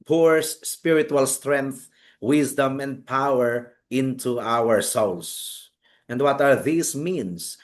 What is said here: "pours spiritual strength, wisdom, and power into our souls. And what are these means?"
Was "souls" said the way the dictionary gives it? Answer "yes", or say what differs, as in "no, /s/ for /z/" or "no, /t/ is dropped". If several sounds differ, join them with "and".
no, /s/ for /z/